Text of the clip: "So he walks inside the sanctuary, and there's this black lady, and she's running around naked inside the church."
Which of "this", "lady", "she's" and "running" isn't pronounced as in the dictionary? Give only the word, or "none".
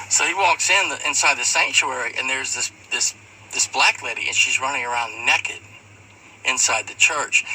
none